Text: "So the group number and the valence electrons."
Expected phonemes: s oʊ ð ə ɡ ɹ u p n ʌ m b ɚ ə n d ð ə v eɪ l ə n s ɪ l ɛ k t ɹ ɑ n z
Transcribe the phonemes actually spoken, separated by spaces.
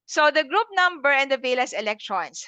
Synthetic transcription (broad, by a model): s oʊ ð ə ɡ ɹ u p n ʌ m b ɚ ə n d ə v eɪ l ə s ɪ l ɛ k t ɹ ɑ n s